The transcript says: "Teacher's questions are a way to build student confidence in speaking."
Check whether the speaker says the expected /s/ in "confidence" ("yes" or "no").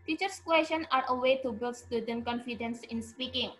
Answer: yes